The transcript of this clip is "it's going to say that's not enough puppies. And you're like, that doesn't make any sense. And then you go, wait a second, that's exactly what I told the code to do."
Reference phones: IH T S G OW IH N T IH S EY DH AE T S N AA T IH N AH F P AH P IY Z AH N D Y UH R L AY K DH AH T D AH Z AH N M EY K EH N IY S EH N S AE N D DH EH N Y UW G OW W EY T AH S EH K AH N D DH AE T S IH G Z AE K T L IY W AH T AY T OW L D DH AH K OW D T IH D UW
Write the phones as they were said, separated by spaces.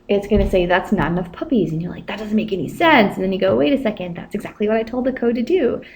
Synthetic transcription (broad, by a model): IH T S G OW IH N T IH S EY DH AE T S N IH N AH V P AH P IY Z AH N Y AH R L AY K DH AH T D AH Z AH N M EY K EH N IY S EH N S N DH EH N Y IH G OW W EY T AH S EH K AH N D DH AE T S IH G Z AE K T L IY W AH T AY T OW L D DH AH K OW D T IH D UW